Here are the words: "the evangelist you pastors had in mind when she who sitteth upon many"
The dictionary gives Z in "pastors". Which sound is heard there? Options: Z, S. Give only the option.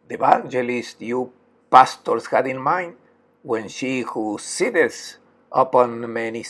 S